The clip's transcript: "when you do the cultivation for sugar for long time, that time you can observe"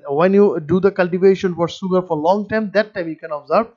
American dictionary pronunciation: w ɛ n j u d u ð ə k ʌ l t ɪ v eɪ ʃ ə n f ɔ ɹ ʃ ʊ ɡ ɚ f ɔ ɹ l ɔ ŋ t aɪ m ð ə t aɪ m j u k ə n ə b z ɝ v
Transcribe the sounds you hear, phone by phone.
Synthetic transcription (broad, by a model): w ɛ n j u d u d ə k ʌ l t ɪ v eɪ ʃ ə n f ɔ ɹ s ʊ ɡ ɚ f ɔ ɹ l ɔ ŋ t aɪ m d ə t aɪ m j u k ə n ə b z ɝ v